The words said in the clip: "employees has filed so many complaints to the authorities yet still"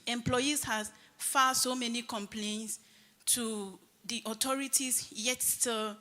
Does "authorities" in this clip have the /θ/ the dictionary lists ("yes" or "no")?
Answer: no